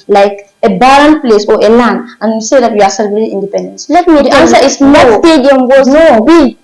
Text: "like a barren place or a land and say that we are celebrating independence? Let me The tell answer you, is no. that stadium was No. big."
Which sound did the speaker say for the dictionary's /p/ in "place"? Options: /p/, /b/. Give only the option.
/p/